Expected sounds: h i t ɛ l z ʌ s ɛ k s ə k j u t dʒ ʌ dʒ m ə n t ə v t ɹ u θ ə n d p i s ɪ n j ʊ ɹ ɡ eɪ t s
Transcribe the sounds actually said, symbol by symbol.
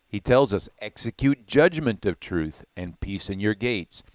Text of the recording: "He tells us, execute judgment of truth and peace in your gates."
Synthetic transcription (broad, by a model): h i t ɛ l z ʌ s ɛ k s ə k j u t dʒ ʌ dʒ m ə n t ə v t ɹ u θ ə n p i s ɪ n j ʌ ɹ ɡ eɪ t s